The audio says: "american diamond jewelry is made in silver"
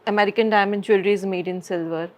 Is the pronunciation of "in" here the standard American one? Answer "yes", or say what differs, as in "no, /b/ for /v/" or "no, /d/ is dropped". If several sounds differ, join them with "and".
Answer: yes